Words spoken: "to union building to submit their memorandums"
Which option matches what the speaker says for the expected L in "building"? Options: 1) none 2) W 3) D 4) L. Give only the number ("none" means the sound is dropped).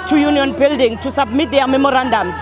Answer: 4